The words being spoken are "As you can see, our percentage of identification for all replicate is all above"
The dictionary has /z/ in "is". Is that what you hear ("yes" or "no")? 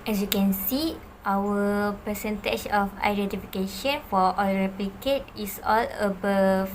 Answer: no